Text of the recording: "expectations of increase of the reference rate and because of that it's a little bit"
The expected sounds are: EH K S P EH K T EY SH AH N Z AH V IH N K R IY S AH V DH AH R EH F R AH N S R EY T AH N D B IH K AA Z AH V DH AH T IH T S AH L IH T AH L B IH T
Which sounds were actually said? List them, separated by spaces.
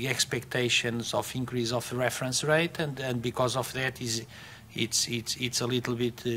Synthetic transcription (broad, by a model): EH K S P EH K T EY SH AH N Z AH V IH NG K R IY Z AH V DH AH R EH F R AH N S R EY T AH N D B IH K AA Z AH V DH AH T IH T S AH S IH T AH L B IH T